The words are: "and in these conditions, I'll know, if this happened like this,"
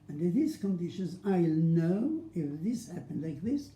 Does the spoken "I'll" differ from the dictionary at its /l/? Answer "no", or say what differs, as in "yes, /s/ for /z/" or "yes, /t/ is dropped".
no